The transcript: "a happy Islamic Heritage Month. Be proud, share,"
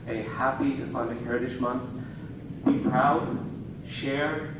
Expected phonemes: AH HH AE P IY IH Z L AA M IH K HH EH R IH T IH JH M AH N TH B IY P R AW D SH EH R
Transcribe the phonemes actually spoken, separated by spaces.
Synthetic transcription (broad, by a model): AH HH AE P IY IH S L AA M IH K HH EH R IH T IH SH M AH N TH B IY P R AW D SH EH R